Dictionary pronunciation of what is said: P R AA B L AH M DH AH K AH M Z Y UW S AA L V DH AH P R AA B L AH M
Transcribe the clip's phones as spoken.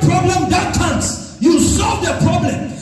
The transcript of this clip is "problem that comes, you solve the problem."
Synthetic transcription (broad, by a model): P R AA B L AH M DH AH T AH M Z Y UW S AA L V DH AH P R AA B L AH M